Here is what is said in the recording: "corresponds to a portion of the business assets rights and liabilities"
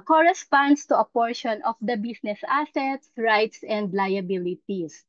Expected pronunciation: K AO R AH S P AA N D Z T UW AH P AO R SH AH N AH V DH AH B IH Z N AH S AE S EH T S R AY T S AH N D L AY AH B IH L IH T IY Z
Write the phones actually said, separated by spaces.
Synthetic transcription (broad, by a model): K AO R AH S P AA N D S T UW AH P AO R SH AH N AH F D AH B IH S N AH S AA S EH T S R AY T S AH N D L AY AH B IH L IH T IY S